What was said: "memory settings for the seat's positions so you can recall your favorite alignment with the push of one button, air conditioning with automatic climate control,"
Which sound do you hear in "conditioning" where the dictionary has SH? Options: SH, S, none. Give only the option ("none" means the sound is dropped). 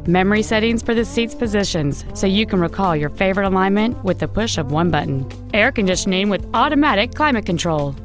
S